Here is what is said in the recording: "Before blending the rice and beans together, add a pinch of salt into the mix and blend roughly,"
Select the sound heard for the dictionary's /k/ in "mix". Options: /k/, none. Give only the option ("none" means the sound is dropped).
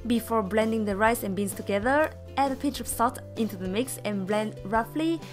/k/